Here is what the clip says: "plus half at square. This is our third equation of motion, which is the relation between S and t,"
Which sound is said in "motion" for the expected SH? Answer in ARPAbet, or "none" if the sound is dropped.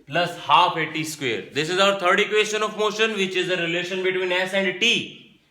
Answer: SH